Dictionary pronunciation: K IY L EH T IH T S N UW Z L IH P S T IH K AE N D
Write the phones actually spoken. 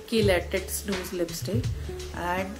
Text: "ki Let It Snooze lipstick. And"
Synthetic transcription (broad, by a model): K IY L EH T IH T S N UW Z L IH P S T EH AE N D